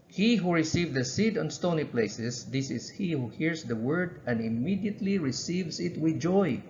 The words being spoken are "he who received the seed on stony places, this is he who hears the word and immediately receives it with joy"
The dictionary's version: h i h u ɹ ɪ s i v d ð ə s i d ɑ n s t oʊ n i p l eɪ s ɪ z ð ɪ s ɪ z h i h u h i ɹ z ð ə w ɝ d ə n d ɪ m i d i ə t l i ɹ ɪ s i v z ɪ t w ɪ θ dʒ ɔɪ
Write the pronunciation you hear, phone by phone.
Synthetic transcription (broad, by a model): h i h u ɹ ɪ s i v d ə s i d ɑ n s t oʊ n i p l eɪ s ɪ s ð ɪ s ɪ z h i h u h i ɹ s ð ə w ɝ d ə n d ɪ m i d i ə t l i ɹ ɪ s i v s ɪ t w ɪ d dʒ ɔɪ